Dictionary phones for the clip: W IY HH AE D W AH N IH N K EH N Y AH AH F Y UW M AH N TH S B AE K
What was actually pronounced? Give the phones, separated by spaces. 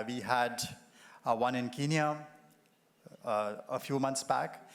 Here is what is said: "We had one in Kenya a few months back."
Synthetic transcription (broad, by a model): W IY HH AE D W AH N IH N K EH N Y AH AH F Y UW M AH N T S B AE K